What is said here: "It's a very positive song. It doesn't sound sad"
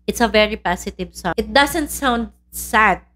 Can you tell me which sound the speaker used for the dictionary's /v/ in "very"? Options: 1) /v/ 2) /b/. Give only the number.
1